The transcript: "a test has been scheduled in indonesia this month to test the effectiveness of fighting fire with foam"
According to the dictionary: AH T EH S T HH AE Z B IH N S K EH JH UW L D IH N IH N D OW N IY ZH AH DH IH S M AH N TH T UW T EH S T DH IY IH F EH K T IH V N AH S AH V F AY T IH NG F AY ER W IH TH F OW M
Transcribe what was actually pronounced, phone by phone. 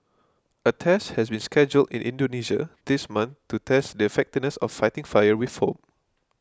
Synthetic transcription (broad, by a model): AH T EH S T HH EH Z B IH N S K EH JH UW L D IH N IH N D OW N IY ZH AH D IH S M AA N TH T UW T EH S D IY IH F EH K T IH V N AH S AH F AY T IH NG F AY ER W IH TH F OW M